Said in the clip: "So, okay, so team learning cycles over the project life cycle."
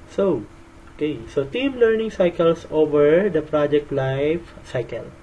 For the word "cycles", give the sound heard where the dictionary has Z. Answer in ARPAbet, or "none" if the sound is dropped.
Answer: S